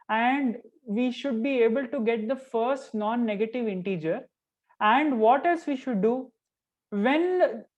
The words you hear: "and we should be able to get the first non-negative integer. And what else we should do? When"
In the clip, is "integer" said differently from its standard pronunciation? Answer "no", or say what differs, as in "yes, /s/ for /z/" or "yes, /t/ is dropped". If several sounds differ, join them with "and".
no